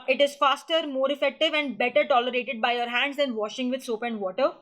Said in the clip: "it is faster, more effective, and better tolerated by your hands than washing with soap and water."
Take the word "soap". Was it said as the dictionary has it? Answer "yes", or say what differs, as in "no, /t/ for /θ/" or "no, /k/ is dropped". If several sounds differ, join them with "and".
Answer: yes